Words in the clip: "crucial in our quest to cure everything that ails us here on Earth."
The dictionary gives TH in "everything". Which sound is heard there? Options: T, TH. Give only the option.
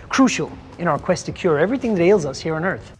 TH